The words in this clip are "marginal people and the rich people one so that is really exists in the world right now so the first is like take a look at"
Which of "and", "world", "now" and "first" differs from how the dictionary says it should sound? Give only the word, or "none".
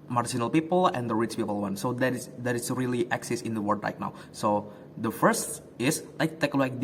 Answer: world